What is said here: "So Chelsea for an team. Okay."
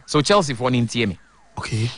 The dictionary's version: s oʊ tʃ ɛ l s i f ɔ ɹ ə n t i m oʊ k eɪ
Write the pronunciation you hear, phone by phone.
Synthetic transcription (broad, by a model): s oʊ tʃ ɛ l s i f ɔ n ə n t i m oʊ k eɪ